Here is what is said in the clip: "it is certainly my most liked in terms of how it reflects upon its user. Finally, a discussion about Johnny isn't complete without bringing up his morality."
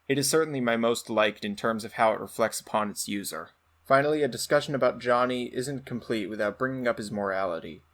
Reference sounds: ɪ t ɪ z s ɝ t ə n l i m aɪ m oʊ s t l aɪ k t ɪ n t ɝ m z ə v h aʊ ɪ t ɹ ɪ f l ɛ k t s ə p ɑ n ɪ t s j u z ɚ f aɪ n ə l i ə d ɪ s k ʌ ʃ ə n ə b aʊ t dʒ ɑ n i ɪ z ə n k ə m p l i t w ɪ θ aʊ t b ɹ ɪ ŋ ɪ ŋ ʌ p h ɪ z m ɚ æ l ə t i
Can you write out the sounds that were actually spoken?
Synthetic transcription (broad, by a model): ɪ t ɪ z s ɝ t n l i m aɪ m oʊ s t l aɪ k t ɪ n t ɝ m z ə v h aʊ ɪ t ɹ ɪ f l ɛ k t s ə p ɑ n ɪ t s j u z ɚ f aɪ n l i ə d ɪ s k ʌ ʃ ə n ə b aʊ t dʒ ɑ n i ɪ z ə n k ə m p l i t w ɪ θ aʊ t b ɹ ɪ ŋ ɪ ŋ ʌ p h ɪ z m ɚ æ l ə t i